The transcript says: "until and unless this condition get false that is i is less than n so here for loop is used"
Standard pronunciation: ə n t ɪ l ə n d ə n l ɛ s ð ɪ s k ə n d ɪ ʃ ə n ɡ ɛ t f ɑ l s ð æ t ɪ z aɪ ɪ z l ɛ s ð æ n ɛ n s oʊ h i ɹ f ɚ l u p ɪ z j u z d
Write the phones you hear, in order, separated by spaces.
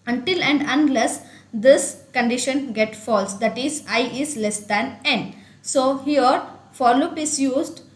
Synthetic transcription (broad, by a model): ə n t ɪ l ə n d ə n l ɛ s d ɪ s k ə n d ɪ ʃ ə n ɡ ɛ t f ɑ l s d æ t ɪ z aɪ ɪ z l ɛ s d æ n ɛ n s oʊ h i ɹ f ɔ l u p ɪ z j u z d